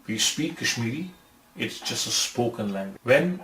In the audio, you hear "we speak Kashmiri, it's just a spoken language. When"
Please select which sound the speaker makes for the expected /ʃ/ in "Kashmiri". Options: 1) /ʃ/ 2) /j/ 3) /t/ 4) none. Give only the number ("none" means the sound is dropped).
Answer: 1